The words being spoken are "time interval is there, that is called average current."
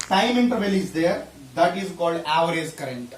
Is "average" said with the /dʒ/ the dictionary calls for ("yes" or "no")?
no